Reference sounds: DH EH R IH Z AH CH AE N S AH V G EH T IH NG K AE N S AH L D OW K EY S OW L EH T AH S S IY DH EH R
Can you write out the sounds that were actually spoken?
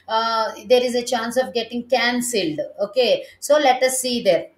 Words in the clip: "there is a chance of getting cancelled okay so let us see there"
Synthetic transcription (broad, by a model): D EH R IH Z AH CH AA N S AH V G EH T IH NG K AE N S AH L D OW K EY S OW L EH T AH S S IY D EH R